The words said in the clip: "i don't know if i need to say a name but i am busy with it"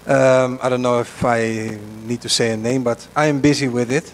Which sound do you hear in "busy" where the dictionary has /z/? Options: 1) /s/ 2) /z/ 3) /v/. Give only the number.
2